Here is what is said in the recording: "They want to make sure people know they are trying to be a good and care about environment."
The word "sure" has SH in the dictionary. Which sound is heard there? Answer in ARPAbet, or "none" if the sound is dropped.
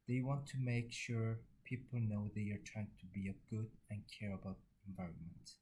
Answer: SH